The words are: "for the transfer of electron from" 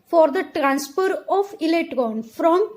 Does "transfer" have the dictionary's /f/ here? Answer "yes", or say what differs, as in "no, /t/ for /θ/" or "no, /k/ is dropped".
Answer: no, /p/ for /f/